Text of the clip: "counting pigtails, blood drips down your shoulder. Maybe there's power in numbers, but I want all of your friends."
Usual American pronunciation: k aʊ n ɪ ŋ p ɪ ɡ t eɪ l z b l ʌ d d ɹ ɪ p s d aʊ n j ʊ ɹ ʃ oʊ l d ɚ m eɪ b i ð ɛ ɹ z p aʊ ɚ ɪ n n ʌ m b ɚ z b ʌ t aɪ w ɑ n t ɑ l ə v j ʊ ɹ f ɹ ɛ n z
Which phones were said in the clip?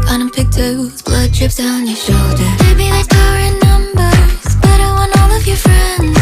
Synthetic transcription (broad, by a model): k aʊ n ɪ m p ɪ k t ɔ z b l ʌ d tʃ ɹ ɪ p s d aʊ n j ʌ ɹ ʃ oʊ l d ɚ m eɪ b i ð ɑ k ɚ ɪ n n ʌ m b ɚ z b ʌ t aɪ w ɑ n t ɑ l ə v j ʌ ɹ f ɹ ɛ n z